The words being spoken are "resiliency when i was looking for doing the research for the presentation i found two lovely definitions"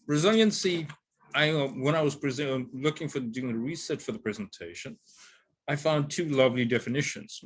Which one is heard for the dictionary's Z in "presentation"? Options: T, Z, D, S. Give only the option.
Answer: Z